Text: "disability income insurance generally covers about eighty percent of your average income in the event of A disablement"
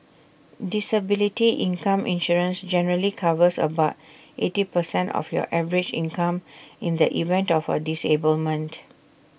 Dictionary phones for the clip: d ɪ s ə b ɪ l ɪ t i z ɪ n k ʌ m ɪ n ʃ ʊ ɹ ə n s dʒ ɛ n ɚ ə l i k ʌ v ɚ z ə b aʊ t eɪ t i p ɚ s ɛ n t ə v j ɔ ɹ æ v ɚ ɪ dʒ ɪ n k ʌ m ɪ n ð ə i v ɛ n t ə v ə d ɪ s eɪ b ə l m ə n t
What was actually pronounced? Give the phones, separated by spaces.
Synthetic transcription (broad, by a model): d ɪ s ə b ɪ l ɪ t i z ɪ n k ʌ m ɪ n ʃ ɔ ɹ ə n s dʒ ɛ n ɚ ə l i k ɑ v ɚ s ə b aʊ t eɪ t i p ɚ s ɛ n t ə f j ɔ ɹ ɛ v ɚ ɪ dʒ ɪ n k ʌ m ɪ n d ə i v ɛ n t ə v ə d ɪ s eɪ b ə l m ə n t